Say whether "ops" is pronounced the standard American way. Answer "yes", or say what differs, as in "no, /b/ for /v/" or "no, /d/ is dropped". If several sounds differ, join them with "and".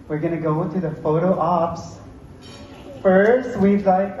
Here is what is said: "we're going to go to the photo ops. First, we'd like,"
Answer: yes